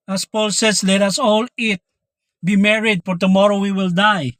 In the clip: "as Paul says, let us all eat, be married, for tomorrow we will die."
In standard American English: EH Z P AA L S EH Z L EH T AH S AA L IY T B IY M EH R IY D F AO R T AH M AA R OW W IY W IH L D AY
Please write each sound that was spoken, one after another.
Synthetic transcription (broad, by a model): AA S P AA L S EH S L EH T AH S AA L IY T B IY M EH R IY D F AO R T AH M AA R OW W IY W IH L D AY